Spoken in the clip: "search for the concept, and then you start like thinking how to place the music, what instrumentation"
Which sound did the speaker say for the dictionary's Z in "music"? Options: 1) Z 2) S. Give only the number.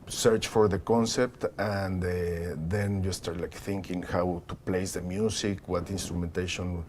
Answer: 2